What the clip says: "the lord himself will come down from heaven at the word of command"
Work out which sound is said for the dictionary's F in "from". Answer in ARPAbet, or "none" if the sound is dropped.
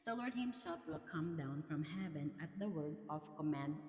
F